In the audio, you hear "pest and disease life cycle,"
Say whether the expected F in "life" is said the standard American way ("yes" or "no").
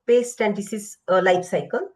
no